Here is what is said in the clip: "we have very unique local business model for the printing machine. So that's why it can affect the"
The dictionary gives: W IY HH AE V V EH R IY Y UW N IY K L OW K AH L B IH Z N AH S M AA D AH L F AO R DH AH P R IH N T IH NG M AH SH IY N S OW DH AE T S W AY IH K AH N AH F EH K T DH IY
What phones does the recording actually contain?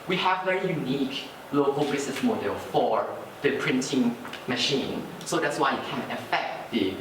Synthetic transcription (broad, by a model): W IY HH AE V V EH R IY Y UW N IY K L OW K AH L B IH S N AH S M AA D AH L F AO R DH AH P R IH N T IH NG M AH SH IY N S OW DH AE T S W AY IH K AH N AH F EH K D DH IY